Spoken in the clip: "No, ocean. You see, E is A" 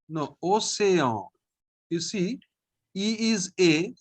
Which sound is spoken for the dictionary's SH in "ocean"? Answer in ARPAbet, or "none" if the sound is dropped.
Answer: S